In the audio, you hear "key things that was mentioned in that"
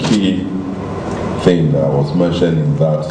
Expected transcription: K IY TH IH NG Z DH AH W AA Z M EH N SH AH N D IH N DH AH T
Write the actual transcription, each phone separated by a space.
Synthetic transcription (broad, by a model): K IY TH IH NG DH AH W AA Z M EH N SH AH N IH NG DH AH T